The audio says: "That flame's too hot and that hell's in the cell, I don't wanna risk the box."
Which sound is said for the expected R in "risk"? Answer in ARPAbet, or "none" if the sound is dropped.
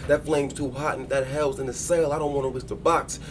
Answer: W